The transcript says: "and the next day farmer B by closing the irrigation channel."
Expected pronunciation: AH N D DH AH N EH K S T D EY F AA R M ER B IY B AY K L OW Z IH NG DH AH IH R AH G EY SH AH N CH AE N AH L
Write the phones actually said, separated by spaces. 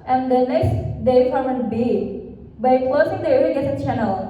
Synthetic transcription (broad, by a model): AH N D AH N EH K S T D EY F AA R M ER B IY B AY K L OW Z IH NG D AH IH AH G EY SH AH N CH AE N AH L